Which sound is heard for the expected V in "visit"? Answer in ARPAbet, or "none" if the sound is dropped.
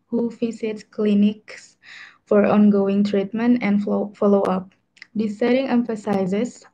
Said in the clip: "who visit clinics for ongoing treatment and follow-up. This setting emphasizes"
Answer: F